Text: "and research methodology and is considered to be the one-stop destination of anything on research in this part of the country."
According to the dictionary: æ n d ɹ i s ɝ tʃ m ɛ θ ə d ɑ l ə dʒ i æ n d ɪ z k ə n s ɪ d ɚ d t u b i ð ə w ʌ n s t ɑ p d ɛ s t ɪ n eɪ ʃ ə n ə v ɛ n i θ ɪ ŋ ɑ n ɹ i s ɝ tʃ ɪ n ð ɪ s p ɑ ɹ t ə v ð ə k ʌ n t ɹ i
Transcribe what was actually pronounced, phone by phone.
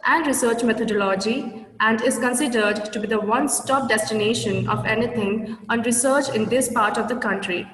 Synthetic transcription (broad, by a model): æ n d ɹ i s ɝ tʃ m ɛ t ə d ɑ l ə dʒ i æ n d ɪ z k ə n s ɪ d ɚ d t u b i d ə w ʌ n s t ɑ p d ɛ s t ɪ n eɪ ʃ ə n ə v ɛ n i t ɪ ŋ ɑ n ɹ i s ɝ tʃ ɪ n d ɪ s p ɑ ɹ t ə v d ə k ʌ n t ɹ i